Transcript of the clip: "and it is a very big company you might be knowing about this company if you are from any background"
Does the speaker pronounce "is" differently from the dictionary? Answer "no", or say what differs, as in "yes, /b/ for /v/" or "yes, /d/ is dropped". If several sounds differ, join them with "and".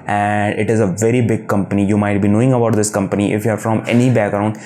no